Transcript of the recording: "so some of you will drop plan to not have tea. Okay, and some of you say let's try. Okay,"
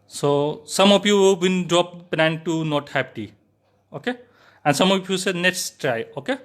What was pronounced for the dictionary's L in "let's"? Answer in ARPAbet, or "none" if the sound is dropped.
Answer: N